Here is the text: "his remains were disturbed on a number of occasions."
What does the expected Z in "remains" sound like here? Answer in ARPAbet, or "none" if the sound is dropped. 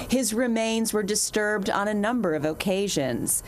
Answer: Z